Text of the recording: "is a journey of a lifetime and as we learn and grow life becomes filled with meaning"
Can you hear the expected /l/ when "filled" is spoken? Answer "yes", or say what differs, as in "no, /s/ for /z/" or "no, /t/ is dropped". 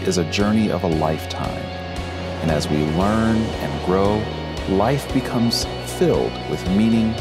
yes